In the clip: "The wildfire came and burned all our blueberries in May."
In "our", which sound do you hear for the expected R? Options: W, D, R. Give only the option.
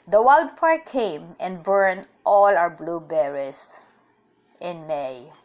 W